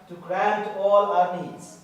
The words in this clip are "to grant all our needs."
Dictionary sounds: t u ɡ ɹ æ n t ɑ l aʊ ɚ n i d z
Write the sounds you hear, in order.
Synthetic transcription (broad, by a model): t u ɡ ɹ æ n t ɑ l aʊ ɚ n i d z